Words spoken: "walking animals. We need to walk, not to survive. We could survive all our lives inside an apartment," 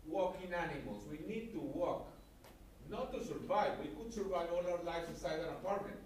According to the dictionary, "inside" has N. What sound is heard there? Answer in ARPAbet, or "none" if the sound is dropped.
none